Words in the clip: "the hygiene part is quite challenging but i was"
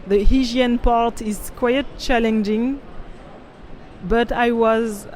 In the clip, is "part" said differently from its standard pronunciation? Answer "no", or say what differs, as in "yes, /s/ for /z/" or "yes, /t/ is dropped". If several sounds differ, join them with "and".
no